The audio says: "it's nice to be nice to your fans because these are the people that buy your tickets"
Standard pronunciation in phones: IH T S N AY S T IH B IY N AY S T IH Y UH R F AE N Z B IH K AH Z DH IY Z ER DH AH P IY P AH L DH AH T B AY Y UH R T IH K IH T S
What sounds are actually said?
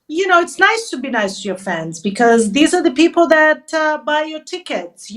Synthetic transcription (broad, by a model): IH T S N AY S T IH B IY N AY S T IH Y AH R F AE N Z B IH K AH Z DH IY Z ER DH AH P IY P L DH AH T B AY Y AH R T IH K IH T S